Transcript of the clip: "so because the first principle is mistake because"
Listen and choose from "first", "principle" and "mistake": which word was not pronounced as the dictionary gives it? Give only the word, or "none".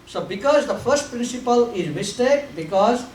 none